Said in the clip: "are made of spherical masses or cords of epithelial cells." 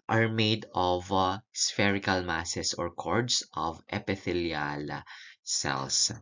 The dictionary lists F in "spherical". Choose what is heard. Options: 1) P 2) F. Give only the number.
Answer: 2